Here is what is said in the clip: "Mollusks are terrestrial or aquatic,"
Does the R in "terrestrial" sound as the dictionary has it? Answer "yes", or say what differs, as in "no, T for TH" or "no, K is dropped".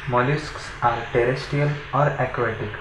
no, R is dropped